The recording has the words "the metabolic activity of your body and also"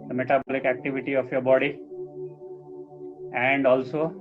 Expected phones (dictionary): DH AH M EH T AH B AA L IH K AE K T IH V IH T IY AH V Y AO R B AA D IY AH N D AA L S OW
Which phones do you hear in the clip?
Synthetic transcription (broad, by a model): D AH M EH T AH B AA L IH K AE K T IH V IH T IY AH P Y AO R B AA D IY AH N D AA L S OW